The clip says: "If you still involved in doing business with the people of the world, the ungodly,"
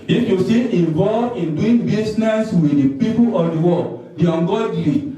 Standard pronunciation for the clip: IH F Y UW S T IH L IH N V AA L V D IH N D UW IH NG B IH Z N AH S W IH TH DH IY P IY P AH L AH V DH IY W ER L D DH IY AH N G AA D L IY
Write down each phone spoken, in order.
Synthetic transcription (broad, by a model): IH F Y UW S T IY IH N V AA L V IH N D UW IH NG B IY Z N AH S W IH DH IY P IY P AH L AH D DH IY W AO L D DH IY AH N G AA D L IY